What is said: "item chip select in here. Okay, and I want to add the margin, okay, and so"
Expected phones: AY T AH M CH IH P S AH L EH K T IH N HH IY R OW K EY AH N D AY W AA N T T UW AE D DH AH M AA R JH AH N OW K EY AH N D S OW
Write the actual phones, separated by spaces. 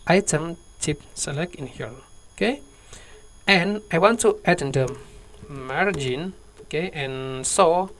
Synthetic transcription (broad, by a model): AY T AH M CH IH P S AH L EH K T IH N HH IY L OW K EY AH N AY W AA N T T UW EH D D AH M AA R JH AH N OW K EY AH N S OW